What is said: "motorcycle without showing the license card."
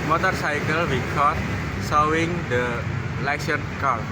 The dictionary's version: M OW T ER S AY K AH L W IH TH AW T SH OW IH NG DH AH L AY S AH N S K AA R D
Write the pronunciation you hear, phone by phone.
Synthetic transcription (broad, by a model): M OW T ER S AY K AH L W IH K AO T S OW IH NG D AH L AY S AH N K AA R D